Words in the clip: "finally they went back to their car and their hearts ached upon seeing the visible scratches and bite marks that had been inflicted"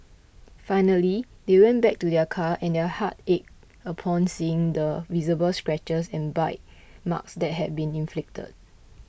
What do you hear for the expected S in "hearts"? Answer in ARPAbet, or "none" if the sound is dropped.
none